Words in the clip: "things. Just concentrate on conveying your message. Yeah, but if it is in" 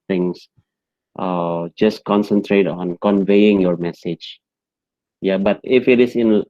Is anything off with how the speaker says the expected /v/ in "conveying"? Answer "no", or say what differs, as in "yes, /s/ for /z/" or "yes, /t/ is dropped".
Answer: no